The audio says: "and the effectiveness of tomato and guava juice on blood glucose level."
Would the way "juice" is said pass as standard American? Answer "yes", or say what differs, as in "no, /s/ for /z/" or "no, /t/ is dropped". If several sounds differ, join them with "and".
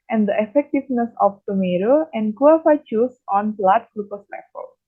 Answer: no, /tʃ/ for /dʒ/